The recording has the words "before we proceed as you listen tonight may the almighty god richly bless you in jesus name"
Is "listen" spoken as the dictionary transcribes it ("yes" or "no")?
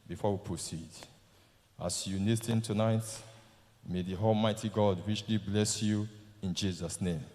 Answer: no